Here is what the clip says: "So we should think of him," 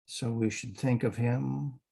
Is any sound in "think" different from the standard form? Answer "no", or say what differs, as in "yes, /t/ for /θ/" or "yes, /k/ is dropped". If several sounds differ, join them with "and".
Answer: no